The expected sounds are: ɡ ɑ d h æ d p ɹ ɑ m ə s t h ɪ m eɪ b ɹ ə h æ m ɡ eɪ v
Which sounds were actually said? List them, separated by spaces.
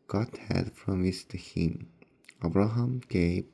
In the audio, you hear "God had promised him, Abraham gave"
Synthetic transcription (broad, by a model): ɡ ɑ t h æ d f ɹ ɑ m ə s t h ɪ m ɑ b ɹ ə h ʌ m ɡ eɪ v